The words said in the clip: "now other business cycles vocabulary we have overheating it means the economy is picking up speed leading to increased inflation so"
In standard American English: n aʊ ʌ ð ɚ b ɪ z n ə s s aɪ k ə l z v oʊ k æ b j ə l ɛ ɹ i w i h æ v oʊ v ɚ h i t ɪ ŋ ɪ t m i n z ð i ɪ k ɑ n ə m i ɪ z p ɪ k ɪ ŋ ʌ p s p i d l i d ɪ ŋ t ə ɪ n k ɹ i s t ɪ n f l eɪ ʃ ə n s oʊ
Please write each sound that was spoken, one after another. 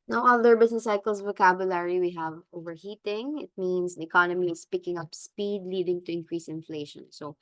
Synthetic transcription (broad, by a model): n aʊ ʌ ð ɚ b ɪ s n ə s s aɪ k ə l s v oʊ k æ b j ə l ɛ ɹ i w i h æ v oʊ v ɚ h i t ɪ ŋ ɪ t m i n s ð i ɪ k ɑ n ə m i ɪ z p ɪ k ɪ ŋ ʌ p s p i d l i d ɪ ŋ t ə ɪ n k ɹ i s ɪ n f l eɪ ʃ ə n s oʊ